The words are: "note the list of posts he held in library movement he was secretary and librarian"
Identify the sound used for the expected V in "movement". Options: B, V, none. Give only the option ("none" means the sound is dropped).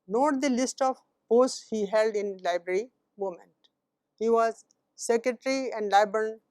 none